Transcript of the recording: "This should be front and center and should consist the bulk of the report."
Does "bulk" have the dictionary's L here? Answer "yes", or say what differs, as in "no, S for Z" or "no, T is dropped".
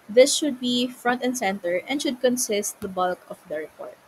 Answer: yes